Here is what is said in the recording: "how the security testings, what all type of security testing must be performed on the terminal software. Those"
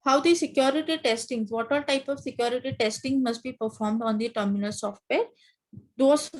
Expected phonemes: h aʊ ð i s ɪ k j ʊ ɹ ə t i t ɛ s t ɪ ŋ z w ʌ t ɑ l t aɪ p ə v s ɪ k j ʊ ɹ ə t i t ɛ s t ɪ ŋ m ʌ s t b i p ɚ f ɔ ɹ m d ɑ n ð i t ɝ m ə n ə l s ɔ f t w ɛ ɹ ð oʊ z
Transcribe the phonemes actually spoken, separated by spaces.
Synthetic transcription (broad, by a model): h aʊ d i s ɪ k j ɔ ɹ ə t i t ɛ s t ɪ ŋ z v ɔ t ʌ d t aɪ p ə v s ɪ k j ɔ ɹ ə t i t ɛ s t ɪ ŋ m ʌ s t b i p ɚ f ɔ ɹ m d ɑ n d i t ɝ m ə n ə l s ɔ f t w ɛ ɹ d oʊ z